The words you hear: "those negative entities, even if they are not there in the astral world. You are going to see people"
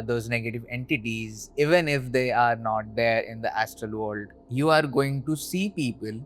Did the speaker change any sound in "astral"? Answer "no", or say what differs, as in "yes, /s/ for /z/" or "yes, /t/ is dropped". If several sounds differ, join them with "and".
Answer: no